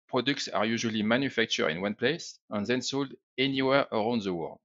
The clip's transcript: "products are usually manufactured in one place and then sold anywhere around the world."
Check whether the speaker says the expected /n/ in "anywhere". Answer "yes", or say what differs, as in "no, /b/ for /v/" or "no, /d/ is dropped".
yes